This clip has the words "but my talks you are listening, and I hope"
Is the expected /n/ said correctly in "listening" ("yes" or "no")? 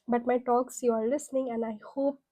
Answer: yes